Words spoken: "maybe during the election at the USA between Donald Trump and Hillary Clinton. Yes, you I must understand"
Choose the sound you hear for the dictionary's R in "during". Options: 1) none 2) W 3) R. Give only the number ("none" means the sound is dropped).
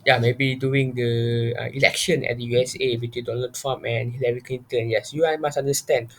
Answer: 1